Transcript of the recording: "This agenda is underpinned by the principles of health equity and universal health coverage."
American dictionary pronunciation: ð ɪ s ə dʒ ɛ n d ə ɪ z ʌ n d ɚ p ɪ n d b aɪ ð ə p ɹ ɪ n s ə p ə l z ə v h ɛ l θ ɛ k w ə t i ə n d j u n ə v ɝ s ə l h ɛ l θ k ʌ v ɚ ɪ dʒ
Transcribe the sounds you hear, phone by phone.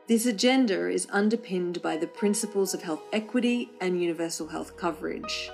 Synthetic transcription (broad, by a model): ð ɪ s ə dʒ ɛ n d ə ɪ z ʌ n d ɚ p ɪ n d b aɪ ð ə p ɹ ɪ n s ə p ə l z ə v h ɛ l θ ɛ k w ə t i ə n j u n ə v ɝ s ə l h ɛ l θ k ʌ v ɚ ɪ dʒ